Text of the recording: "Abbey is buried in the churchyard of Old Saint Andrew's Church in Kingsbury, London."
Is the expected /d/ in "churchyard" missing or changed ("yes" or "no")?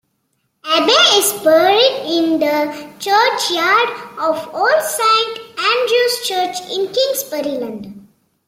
no